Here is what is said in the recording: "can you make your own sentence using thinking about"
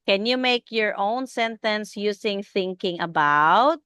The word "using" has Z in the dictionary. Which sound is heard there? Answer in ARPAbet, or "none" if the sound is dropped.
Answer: S